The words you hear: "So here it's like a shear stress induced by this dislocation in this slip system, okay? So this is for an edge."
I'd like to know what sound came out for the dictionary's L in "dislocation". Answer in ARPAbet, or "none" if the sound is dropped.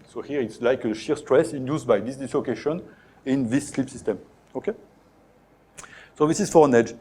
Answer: L